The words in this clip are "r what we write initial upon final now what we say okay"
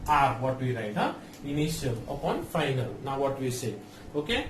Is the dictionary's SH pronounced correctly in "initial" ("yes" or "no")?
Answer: no